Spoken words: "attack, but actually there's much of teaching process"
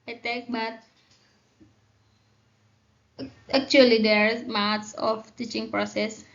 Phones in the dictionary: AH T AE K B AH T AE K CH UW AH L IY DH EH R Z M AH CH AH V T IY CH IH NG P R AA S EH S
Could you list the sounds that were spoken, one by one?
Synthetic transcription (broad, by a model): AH T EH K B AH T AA K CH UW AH L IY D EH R M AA S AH F T IY CH IH NG P R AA S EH S